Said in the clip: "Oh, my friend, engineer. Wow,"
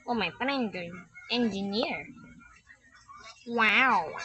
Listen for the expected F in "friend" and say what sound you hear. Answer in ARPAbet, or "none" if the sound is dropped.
P